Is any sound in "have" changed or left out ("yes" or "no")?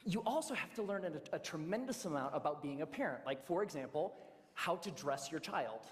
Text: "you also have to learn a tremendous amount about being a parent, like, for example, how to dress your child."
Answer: yes